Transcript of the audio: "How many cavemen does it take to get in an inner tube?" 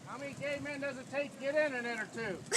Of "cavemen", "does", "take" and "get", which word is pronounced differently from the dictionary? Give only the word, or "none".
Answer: cavemen